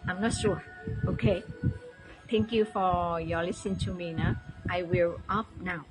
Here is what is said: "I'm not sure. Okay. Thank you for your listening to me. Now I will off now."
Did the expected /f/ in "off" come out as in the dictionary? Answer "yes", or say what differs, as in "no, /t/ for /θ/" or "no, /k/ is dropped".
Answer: no, /p/ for /f/